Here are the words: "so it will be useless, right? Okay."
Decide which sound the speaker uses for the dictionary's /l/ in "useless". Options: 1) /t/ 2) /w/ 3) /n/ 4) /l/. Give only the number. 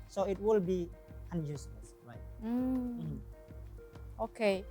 3